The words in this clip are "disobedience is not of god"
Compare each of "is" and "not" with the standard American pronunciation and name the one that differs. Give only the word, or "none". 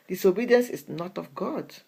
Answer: is